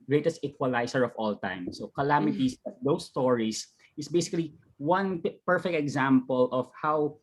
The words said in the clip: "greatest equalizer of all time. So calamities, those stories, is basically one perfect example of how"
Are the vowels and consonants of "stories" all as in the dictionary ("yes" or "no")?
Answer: no